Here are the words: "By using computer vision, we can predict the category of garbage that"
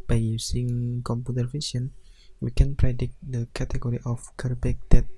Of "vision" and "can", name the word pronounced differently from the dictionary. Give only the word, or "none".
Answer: vision